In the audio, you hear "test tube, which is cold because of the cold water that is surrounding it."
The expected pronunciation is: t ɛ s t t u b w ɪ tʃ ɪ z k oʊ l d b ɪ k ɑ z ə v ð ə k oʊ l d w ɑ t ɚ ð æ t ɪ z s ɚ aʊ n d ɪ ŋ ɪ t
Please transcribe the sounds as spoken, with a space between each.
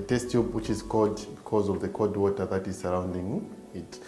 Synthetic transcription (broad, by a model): t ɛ s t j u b w ɪ tʃ ɪ z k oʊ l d b ɪ k ɑ z ə v ð ə k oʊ d w ɑ t ɚ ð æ t ɪ z s ɚ aʊ n d ɪ ŋ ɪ t